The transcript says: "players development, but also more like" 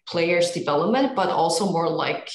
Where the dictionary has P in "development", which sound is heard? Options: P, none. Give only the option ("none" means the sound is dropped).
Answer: P